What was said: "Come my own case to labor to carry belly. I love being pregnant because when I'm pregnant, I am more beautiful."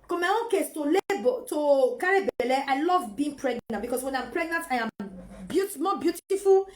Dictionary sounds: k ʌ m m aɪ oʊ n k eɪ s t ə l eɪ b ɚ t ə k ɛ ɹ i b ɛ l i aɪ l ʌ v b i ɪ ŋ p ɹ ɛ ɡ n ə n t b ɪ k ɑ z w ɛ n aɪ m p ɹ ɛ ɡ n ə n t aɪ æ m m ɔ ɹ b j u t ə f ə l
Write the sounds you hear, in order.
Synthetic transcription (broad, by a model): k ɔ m m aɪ oʊ n k eɪ s t ə l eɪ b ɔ t ə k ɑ ɹ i b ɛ l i aɪ l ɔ v b i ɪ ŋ p ɹ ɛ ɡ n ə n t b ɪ k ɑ s w ɛ n aɪ m p ɹ ɛ ɡ n ə n t aɪ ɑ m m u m b j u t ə f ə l